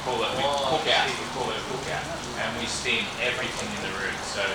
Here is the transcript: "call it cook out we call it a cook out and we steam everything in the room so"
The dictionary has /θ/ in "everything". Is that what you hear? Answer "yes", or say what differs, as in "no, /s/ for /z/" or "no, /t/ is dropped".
yes